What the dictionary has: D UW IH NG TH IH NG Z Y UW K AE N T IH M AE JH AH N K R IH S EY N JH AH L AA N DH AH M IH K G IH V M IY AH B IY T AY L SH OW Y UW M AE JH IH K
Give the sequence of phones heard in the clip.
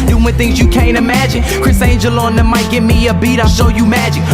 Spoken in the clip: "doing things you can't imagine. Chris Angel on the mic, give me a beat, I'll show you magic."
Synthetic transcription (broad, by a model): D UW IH TH IH NG Z Y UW K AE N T IH M AE JH AH N K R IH S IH N JH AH L AA N DH AH M IH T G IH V M IY AH B IY T AY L SH OW Y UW M AE JH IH K